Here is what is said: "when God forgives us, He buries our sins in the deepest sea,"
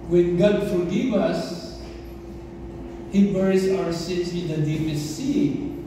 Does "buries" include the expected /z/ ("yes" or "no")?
no